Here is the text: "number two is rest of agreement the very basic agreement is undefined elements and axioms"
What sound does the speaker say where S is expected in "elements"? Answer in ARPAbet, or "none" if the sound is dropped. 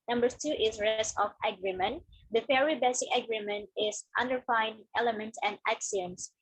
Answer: none